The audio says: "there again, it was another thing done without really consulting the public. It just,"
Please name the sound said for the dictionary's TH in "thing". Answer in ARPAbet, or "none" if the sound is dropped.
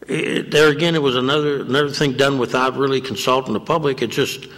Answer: TH